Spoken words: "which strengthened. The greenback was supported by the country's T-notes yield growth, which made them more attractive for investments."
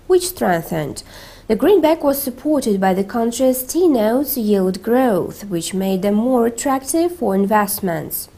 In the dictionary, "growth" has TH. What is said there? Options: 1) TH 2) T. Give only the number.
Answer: 1